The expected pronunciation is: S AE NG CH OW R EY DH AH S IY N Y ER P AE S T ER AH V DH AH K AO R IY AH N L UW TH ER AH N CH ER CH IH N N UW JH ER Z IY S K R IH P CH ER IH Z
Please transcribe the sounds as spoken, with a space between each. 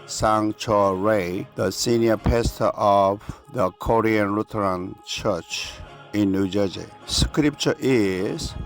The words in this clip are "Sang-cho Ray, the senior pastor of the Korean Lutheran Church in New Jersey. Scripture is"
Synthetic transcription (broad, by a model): S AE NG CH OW R EY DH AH S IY N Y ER P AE S T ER AH V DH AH K AO R IY AH N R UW T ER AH N CH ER CH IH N N UW JH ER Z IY S K R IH P CH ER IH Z